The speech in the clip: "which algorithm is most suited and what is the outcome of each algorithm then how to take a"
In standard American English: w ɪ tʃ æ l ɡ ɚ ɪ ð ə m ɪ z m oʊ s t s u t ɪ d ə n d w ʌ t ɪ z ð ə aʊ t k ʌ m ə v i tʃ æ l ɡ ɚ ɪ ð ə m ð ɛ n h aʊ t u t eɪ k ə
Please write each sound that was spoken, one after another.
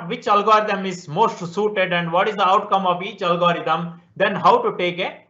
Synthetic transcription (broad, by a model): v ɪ tʃ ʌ l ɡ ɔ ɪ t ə m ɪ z m oʊ s t s u t ɪ d ə n d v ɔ t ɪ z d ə aʊ t k ʌ m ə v i tʃ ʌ l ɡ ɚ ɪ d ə m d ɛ n h aʊ t u t eɪ k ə